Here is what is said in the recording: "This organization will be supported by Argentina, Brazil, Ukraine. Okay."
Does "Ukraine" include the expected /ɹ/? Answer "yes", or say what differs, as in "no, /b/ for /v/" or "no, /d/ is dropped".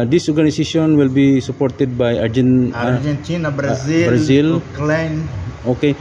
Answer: no, /l/ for /ɹ/